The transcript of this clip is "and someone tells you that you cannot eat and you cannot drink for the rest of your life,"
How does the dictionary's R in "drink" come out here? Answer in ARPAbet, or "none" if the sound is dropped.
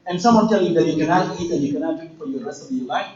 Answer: none